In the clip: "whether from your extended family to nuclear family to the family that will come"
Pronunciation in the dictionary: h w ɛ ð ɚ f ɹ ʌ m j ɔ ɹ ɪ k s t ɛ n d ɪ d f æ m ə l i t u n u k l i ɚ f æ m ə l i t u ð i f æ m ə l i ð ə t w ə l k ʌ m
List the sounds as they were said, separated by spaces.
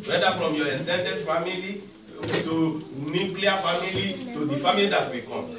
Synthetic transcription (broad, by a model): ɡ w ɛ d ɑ f ɹ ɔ m j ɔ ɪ s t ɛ n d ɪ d f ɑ m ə l i t u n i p l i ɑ f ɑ m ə l i t u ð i f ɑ m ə l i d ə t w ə k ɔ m